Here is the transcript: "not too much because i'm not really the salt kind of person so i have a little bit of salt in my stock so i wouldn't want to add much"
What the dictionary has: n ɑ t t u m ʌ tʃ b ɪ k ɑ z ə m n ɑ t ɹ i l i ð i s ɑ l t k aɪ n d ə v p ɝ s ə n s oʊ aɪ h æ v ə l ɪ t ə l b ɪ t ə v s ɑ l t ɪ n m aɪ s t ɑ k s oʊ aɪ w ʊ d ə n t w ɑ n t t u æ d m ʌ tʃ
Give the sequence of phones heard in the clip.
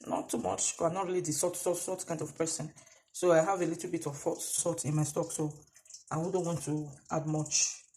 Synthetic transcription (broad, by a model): n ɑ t t u m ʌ tʃ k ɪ ɑ ə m n ɑ t ɹ i l i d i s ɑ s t k aɪ n d ə v p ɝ s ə n s oʊ aɪ h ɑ v ə l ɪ t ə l b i t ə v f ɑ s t ɪ n m aɪ s t ɑ k s oʊ aɪ w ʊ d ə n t w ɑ n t t u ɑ d m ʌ tʃ